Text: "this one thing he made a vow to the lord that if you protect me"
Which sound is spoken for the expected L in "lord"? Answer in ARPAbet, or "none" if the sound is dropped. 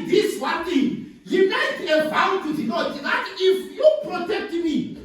N